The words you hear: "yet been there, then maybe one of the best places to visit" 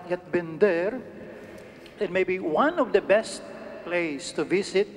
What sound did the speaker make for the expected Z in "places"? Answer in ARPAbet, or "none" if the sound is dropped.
S